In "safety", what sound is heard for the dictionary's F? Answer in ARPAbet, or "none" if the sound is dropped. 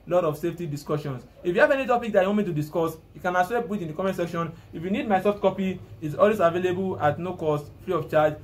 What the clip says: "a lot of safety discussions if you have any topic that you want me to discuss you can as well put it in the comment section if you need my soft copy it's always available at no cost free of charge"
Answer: F